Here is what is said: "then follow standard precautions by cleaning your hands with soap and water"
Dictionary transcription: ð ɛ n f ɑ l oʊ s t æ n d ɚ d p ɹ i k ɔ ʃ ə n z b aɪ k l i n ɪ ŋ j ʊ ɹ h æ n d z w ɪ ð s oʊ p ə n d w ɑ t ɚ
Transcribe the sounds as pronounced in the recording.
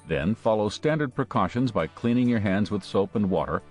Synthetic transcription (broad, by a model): ð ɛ n f ɑ l oʊ s t æ n d ɚ d p ɹ i k ɔ ʃ ə n z b aɪ k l i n ɪ ŋ j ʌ ɹ h æ n d z w ɪ ð s oʊ p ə n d w ɑ t ɚ